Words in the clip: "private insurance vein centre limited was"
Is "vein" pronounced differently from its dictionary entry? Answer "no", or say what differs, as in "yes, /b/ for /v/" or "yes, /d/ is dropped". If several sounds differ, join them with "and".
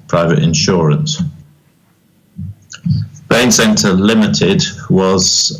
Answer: yes, /b/ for /v/